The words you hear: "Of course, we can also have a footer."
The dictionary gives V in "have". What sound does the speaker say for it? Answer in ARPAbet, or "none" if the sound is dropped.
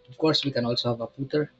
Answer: V